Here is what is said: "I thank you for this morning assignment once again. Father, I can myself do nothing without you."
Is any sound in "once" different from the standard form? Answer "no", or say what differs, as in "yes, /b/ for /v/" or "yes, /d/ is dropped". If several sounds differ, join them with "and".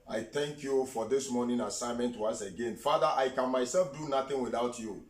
yes, /n/ is dropped